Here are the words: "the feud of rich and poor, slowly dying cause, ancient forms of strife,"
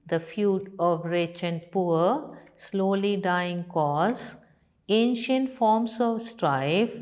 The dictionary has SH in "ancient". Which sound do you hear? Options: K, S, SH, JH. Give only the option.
SH